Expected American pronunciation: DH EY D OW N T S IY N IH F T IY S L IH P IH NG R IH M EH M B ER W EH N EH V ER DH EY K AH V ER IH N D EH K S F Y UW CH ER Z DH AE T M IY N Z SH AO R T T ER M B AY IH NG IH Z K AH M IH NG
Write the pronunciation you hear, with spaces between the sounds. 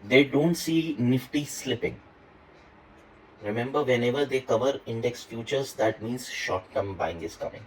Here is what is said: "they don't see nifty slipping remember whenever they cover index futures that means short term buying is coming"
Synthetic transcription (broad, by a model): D EY D OW N T S IY N IH F T IY S L IH P IH NG R IH M EH M B ER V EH N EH V ER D EY K AH V ER IH N D EH K S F Y UW CH ER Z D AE T M IY N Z SH AO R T T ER M B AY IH NG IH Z K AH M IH NG